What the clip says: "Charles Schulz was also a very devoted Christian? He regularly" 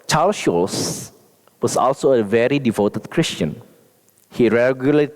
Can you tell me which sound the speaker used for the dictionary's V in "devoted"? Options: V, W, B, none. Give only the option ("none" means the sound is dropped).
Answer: V